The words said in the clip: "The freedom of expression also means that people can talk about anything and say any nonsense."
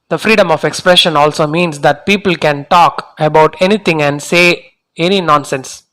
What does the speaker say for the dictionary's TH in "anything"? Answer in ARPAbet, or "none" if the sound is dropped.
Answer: T